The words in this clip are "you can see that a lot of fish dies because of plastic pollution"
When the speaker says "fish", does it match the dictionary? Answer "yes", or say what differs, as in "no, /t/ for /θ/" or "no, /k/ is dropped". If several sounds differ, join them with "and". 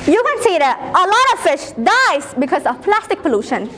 yes